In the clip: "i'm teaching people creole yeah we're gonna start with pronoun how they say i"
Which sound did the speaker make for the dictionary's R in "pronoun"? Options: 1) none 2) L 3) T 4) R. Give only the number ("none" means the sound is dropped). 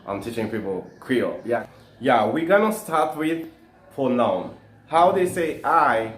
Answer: 1